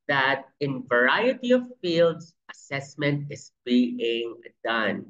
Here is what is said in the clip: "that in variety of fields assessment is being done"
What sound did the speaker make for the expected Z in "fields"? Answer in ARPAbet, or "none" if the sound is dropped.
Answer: S